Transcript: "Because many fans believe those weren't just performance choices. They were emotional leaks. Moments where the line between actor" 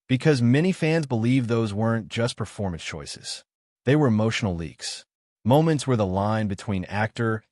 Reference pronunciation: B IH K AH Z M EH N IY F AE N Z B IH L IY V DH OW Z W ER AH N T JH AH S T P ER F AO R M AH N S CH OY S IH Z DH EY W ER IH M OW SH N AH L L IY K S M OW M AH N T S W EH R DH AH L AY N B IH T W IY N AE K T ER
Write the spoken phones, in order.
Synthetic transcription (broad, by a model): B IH K AH Z M EH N IY F AE N Z B IH L IY V DH OW Z W ER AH N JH AH S P ER F AO R M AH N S CH OY S IH Z DH EY W ER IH M OW SH N L L IY K S M OW M AH N T S W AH R DH AH L AY N B IH T W IY N AE K T ER